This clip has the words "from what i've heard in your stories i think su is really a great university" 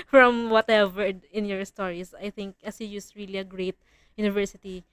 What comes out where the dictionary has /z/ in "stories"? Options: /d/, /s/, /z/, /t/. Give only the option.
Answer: /s/